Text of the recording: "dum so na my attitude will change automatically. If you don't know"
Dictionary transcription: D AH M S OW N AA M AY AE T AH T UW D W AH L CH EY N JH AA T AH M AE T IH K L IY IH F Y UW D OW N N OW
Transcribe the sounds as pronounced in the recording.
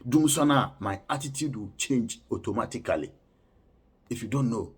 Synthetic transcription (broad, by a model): D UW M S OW N AA M AY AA T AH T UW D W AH CH EY N JH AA T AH M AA T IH K L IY IH F Y UW D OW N N OW